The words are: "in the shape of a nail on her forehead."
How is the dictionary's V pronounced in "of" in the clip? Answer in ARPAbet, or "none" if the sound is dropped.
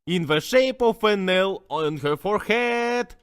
F